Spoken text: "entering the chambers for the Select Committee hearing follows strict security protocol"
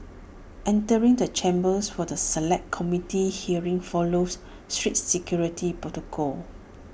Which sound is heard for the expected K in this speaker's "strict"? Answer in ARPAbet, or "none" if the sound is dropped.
none